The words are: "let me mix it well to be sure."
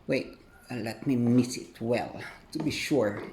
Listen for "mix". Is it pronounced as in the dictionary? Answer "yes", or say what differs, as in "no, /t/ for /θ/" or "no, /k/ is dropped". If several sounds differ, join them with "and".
no, /k/ is dropped